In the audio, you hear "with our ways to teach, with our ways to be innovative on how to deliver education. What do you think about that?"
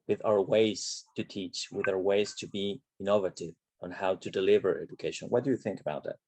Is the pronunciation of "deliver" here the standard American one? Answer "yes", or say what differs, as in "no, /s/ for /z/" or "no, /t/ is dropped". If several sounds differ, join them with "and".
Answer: yes